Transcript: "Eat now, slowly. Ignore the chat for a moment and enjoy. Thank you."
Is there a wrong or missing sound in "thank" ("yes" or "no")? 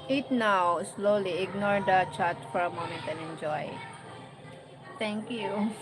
yes